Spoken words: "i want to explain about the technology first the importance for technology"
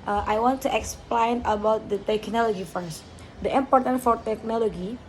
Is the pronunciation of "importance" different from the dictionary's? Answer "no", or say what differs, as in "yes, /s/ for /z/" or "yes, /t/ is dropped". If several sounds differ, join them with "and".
yes, /s/ is dropped